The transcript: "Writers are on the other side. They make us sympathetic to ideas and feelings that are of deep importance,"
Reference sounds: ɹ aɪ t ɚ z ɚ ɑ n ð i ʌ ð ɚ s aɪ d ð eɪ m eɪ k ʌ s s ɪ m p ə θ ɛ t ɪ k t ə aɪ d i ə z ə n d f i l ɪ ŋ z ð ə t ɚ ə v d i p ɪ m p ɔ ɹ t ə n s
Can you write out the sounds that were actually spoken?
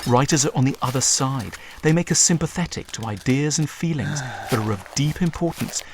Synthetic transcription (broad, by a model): ɹ aɪ t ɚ z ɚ n ð i ʌ ð ɚ s aɪ d ð eɪ m eɪ k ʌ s s ɪ m p ə θ ɛ t ɪ k t ə aɪ d i ə z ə n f f i l ɪ ŋ z ð ə t ɚ ə v d i p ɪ m p ɔ ɹ t n s